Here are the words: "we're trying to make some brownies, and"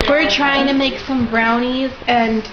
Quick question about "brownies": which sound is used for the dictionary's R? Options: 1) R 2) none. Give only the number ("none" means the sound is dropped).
1